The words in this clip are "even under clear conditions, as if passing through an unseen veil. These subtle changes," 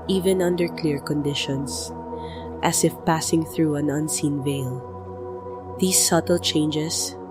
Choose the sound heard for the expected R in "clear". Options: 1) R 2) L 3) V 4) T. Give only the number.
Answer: 1